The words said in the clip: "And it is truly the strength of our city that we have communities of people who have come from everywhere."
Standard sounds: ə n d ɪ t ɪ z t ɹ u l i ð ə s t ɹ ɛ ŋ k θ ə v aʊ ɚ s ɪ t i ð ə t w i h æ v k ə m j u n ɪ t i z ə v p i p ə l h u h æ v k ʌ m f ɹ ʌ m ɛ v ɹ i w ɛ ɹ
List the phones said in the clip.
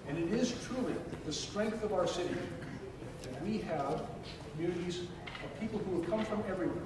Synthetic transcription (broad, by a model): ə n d ɪ t ɪ z t ɹ u l i ð ə s t ɹ ɛ ŋ k θ ə v aʊ ɚ s ɪ t i ð ə t w i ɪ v k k m j u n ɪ t i z ə v p i p l h u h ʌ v k ʌ m f ɹ ʌ m ɛ v ɹ i w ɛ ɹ